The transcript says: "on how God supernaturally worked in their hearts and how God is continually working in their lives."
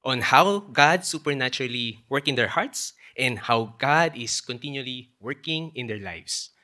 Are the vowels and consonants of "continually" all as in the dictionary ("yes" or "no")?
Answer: yes